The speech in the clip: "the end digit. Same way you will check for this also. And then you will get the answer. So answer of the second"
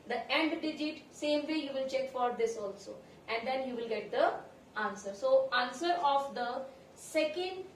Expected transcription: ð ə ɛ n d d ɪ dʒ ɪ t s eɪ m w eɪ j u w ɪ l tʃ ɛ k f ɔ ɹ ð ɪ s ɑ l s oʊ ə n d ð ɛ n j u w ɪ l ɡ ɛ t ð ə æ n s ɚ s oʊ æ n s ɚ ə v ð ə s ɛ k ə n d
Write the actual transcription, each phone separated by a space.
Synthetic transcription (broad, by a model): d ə ɛ n d d ɪ dʒ ɪ t s eɪ m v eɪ j u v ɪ l tʃ ɛ k f ɔ ɹ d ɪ s ɑ l s oʊ ə n d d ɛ n j u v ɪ l ɡ ɛ t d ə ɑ n s ɚ s oʊ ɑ n s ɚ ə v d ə s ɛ k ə n d